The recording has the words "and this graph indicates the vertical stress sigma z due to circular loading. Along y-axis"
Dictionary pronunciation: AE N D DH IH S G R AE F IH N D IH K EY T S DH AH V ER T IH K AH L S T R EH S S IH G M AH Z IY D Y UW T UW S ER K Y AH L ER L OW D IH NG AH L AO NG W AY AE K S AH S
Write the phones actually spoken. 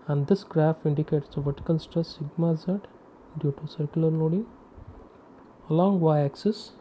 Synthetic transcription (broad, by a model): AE N D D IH S G R AE F IH N D IH K EY T S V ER T K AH N S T AH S S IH G M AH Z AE D Y UW T UW S ER K Y AH L ER L OW D IH NG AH L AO NG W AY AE K S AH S